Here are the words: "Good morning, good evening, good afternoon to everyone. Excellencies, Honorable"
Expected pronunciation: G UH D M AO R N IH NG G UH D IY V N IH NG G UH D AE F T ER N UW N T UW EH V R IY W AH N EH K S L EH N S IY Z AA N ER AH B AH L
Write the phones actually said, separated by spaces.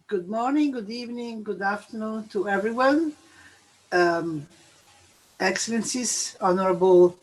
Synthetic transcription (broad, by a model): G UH D M AO R N IH NG G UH D IY V N IH NG G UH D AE F T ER N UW N T UW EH V R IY W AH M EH K S L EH N S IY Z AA N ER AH B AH L